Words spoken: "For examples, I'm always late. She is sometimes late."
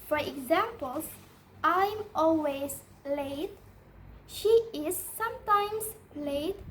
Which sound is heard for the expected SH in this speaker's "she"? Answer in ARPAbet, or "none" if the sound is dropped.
SH